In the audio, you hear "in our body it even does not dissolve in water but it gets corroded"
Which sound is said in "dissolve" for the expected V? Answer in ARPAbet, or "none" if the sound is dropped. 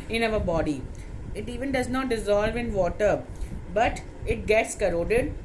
V